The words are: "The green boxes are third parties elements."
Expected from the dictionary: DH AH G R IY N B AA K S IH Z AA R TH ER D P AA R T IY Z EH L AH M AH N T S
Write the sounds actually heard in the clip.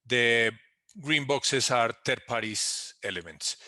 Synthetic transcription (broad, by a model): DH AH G R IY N B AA K S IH S AA R T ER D P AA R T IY S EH L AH M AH N T S